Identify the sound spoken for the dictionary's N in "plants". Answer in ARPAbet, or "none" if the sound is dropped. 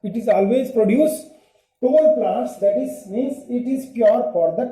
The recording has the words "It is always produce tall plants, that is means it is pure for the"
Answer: none